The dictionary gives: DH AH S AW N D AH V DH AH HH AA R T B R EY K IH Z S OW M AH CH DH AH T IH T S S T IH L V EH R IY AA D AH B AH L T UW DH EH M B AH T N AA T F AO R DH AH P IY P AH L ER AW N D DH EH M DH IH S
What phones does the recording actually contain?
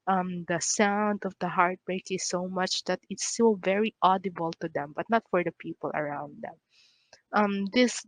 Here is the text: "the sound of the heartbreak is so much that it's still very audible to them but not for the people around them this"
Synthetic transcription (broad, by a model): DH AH S AW N D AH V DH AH HH AA R T B R EY K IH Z S OW M AH CH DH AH T IH T S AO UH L V EH R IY AA D AH B AH L T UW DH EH M B AH T N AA T F AO R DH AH P IY P AH L ER AW N D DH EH M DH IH S